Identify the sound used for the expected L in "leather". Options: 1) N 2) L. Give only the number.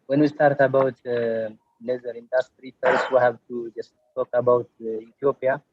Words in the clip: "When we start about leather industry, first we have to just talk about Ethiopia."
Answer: 1